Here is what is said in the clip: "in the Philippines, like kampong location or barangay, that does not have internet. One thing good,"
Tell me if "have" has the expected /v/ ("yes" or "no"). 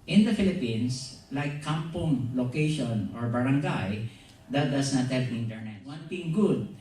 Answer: no